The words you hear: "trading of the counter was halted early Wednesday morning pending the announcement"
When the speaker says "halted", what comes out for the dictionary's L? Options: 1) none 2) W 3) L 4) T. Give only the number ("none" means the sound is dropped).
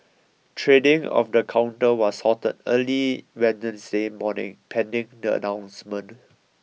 1